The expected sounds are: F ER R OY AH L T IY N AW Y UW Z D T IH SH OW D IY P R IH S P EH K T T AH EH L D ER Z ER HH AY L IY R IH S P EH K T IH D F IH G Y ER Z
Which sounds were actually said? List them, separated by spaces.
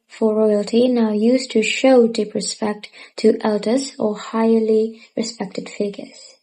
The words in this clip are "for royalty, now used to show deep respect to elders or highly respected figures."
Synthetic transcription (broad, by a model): F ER R OY AH L T IY N AW Y UW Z T IH SH OW D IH P R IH S P EH K T T EH L D ER Z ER HH AY L IY R IH S P EH K T IH D F IH G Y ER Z